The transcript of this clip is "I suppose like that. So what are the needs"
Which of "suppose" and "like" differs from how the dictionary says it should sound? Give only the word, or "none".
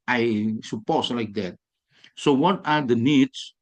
suppose